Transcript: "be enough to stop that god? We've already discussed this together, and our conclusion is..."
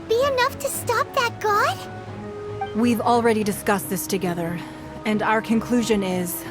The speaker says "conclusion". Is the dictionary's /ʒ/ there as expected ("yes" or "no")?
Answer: yes